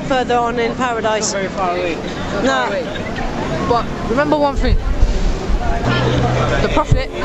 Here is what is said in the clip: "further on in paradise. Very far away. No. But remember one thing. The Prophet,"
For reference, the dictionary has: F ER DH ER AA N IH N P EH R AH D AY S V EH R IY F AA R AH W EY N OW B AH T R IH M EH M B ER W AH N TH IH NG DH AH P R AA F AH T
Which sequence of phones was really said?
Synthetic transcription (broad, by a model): F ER DH ER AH N IH N P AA R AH D AY S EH R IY F AA R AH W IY N OW B AH T R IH M EH M B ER W AH N F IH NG DH AH P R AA F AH T